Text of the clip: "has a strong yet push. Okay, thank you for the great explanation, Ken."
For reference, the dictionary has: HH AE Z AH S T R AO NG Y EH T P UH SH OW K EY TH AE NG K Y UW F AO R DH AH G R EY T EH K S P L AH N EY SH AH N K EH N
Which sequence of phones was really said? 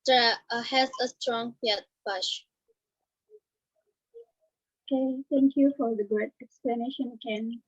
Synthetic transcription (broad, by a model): HH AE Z AH S T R AO NG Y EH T B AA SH OW K EY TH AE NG K Y UW F AO R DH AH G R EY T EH K S P L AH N EY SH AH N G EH N